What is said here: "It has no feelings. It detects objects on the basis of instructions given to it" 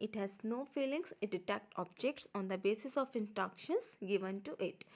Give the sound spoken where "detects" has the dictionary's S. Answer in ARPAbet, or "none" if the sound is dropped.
none